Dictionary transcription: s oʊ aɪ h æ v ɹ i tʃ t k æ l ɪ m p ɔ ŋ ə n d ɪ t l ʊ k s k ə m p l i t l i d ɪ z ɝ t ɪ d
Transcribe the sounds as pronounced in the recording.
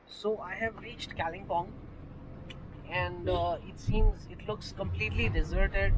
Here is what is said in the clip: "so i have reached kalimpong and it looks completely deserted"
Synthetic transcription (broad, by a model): s oʊ aɪ h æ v ɹ i tʃ t k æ l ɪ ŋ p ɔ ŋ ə n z ɪ t l ʊ k s k ə m p l i t l i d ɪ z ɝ t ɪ d